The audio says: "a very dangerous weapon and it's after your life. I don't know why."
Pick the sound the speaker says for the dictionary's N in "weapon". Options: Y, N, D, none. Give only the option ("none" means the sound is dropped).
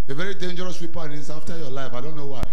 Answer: none